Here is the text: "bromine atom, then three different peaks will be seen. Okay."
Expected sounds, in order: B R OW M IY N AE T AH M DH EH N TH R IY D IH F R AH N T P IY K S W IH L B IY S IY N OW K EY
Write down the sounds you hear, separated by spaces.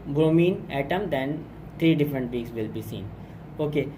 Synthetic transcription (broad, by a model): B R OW M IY N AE T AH M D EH N T R IY D IH F R AH N T B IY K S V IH L B IY S IY N OW K EY